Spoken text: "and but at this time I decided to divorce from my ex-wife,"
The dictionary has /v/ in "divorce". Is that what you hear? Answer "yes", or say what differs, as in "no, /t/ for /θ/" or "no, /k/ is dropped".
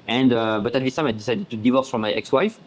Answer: yes